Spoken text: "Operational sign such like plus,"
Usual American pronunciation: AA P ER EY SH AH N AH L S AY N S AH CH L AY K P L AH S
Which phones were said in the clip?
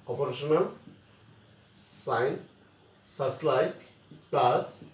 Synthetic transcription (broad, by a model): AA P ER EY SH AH N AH L S AY N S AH S L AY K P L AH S